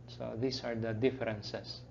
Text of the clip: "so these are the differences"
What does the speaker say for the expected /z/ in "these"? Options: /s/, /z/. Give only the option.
/s/